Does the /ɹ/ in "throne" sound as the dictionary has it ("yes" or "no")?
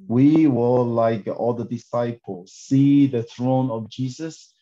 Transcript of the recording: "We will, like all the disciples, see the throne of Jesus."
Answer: yes